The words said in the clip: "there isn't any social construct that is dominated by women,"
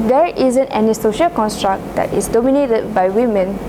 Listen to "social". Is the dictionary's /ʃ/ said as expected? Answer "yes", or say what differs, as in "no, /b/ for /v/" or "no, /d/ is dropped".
yes